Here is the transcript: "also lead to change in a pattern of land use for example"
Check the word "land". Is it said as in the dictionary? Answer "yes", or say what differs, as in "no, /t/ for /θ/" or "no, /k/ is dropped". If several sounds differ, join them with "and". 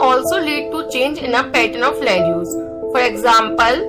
no, /n/ is dropped